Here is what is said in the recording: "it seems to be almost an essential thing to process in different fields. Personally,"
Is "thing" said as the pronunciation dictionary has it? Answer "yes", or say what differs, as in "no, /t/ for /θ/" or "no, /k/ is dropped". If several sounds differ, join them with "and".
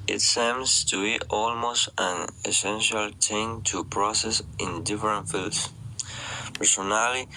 no, /t/ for /θ/